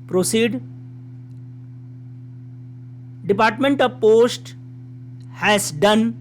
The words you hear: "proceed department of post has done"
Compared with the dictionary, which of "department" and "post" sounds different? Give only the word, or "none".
none